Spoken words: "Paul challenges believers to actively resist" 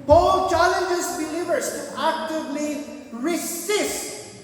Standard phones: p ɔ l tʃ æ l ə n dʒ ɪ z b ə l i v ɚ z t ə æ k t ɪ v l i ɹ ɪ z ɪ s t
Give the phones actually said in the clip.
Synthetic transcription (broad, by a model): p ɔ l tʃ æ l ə n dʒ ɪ s b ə l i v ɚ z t æ k t ɪ v l i ɹ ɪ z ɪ s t